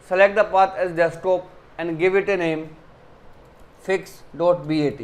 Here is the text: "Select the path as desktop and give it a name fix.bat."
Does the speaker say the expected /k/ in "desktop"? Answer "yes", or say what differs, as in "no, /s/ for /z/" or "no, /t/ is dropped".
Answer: no, /k/ is dropped